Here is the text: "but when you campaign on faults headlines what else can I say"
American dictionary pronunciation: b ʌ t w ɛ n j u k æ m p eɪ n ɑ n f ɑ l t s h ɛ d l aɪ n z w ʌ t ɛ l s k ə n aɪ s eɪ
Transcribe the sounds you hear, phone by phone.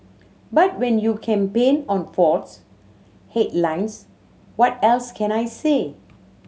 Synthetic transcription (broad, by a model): b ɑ t w ɛ n j u k æ m p eɪ n ɑ n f ɑ t s h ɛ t l aɪ n s w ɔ t ɛ l s k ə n aɪ s eɪ